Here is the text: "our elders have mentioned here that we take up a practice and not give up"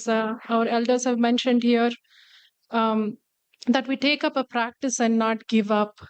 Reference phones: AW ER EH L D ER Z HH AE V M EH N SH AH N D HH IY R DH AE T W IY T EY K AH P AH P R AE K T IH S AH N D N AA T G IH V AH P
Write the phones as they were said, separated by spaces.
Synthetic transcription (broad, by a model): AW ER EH L D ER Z HH AE V M EH N SH AH N D HH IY R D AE T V IY T EY K AH P AH P R AE K T IH S AH N D N AA T G IH V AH P